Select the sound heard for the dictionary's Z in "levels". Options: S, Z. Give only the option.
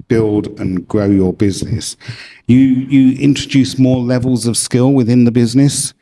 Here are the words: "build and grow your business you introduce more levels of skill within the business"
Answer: Z